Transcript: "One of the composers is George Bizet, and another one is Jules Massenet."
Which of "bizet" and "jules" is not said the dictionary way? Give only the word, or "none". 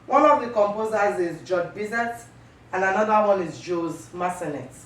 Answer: jules